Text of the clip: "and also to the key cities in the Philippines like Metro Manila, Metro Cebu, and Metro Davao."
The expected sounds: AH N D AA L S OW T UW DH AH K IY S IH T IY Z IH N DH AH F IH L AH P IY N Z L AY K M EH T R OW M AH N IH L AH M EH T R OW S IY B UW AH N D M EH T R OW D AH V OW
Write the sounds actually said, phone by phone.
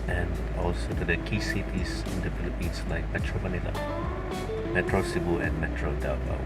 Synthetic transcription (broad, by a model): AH N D AA L S OW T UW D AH K IY S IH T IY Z IH N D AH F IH L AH P IY N S L AY K M EH T R OW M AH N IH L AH M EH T R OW S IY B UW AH N M EH T R OW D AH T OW